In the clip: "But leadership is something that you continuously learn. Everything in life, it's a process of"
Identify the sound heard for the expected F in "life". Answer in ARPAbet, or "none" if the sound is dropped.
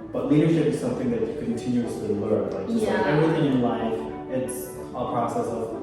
F